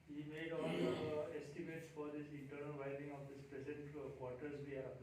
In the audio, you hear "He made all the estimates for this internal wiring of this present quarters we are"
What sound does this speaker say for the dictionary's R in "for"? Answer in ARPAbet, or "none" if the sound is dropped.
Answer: R